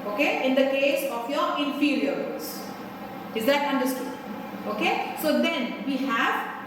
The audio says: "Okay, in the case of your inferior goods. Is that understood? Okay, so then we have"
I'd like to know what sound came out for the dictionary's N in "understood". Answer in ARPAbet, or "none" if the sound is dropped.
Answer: N